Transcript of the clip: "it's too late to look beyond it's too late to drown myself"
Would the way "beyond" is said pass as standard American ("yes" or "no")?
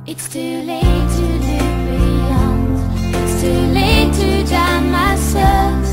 no